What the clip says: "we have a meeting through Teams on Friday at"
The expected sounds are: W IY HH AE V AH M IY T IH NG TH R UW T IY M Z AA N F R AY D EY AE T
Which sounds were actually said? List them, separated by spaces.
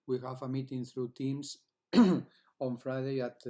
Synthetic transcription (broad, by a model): W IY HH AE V AH M IY T IH NG TH R UW T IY M S AA N F R AY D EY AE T